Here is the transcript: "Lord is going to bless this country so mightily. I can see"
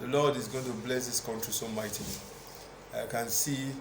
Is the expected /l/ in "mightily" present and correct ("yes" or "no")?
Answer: no